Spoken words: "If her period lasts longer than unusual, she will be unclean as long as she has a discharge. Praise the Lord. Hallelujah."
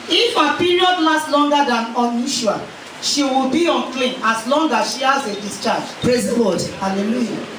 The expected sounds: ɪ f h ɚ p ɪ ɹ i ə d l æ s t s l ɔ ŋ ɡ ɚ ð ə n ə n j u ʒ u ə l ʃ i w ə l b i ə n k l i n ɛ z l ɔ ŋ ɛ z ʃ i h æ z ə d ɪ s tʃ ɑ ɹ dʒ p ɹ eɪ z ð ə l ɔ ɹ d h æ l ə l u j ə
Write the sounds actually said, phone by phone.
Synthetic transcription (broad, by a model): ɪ f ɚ p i ɹ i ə d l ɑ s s l ɔ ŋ ɡ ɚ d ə n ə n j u ʃ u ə ʃ i w ə l b i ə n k l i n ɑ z l ɔ ŋ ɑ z ʃ i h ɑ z ə d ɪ s tʃ ɑ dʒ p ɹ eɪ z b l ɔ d h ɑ l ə l u j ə